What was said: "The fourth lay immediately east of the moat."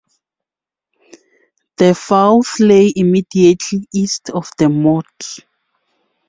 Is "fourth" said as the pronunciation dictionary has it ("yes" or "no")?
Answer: no